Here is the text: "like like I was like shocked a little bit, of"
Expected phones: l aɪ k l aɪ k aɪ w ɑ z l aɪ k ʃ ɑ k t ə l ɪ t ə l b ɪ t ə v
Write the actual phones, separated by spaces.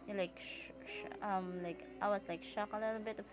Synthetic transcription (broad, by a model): l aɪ k l aɪ k aɪ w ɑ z l aɪ k ʃ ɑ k ə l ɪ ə b ɪ t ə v